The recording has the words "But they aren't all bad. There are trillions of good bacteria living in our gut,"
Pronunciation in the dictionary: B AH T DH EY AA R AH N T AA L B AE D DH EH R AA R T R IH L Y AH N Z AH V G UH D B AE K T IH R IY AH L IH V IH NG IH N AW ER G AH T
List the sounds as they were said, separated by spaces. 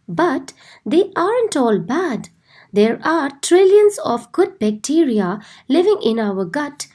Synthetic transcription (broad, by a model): B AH T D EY AA R AH N T AA L B AE D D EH R AA R T R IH L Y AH N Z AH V G UH D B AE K T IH R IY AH L IH V IH NG IH N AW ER G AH T